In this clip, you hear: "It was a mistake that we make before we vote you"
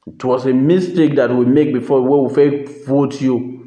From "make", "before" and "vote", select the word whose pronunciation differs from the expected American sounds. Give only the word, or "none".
before